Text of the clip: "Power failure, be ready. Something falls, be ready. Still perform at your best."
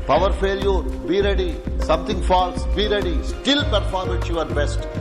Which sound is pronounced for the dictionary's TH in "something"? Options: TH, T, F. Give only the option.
T